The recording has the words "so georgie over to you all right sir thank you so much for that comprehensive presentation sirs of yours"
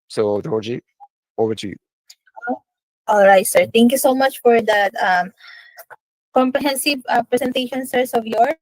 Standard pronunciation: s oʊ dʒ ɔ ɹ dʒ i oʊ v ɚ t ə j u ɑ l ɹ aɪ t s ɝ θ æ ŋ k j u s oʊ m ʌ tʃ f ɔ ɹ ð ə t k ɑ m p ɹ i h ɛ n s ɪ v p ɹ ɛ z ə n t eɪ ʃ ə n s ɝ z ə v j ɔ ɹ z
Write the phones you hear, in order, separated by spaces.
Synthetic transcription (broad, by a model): s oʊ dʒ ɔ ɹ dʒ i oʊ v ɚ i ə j ɑ l ɹ aɪ t s ɝ t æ ŋ k j u s oʊ m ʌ tʃ f ɔ ɹ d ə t k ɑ m p ɹ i h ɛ n s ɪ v p ɹ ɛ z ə n t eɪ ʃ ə n s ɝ s ə v j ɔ ɹ